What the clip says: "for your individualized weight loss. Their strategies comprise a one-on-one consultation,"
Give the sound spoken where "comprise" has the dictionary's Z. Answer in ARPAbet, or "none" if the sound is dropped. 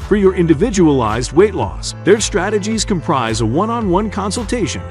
Z